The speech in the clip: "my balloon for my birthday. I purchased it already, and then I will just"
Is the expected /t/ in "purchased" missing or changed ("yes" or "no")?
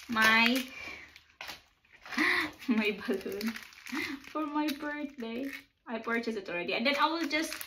yes